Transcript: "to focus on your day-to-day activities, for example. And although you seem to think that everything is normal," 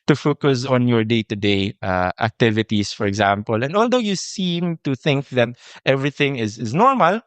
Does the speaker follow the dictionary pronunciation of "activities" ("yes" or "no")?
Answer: no